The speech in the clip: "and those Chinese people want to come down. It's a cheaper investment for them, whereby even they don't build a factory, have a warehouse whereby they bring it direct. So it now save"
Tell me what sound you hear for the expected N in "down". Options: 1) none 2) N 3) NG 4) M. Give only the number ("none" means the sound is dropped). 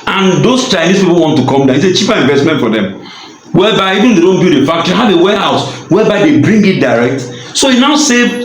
1